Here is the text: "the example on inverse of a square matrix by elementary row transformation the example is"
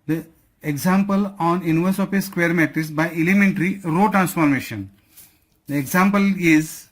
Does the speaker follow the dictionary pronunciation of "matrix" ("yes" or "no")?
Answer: no